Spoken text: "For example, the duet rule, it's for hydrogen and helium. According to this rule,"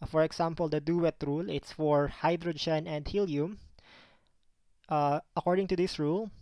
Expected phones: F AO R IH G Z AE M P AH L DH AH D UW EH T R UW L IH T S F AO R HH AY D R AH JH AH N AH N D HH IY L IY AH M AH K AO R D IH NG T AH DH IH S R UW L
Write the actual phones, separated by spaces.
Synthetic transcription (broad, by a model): F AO R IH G S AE M P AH L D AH D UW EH T R UW L IH T S F AO R HH AY D R AH JH AH N AH N D HH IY L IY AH M AH K AO R D IH NG T AH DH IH S R UW L